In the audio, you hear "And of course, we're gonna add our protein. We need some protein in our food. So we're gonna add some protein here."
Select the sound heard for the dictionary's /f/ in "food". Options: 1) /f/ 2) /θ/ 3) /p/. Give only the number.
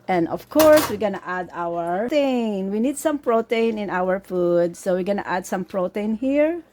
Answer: 1